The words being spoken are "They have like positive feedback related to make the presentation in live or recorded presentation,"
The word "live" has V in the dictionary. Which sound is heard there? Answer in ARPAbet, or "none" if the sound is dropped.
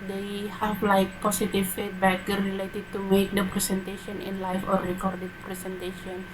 F